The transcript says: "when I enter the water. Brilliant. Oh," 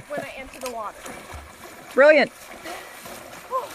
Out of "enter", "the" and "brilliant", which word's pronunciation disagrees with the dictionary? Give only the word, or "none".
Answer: enter